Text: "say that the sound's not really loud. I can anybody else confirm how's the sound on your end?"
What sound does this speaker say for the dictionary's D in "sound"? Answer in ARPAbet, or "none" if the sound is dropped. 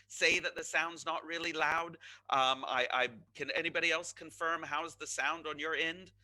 D